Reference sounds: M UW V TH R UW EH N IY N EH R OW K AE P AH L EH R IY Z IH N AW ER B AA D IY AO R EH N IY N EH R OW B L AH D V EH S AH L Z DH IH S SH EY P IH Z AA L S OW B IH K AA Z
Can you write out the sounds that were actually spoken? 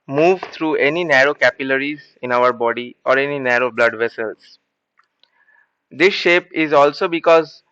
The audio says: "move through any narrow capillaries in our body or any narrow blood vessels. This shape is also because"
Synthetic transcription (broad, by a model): M UW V T R UW EH N IY N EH R OW K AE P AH L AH R IY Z IH N AW ER B AA D IY AO R EH N IY N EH R OW B L AH D V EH S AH L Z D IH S SH EY P IH Z AA L S OW B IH K AA Z